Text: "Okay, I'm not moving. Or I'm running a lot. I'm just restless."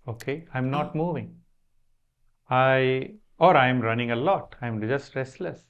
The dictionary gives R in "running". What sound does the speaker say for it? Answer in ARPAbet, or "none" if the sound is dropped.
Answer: R